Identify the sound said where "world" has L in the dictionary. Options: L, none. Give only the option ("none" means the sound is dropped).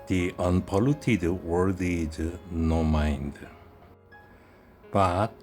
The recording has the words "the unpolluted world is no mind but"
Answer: none